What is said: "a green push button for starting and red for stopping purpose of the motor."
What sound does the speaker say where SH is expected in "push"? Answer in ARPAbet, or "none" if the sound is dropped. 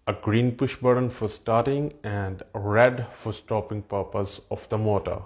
SH